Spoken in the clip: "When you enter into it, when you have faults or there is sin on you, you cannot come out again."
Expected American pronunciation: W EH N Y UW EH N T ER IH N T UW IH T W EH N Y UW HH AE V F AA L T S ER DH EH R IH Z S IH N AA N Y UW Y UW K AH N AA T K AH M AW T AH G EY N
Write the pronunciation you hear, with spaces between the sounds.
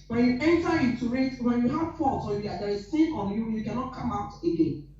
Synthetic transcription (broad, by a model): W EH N Y UW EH N T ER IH T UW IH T W EH N Y UW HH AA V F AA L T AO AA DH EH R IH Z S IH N AA N Y UW Y UW K AH N AA T K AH M AW T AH G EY N